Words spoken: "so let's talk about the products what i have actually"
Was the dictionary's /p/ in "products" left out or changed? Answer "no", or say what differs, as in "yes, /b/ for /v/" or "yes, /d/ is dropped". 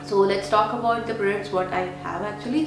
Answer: yes, /b/ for /p/